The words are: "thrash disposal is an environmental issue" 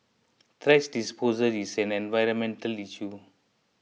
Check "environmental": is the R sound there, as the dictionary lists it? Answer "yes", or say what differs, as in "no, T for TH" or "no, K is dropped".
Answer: yes